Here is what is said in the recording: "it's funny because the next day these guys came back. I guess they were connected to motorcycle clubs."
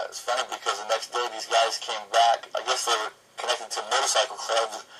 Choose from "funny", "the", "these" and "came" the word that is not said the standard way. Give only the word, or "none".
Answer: none